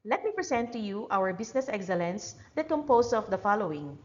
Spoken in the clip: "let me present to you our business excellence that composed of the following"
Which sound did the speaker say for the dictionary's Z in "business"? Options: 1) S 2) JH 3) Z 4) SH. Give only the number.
1